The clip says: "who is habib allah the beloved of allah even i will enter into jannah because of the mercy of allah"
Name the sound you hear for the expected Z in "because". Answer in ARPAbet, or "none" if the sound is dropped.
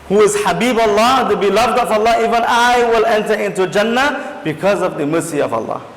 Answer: Z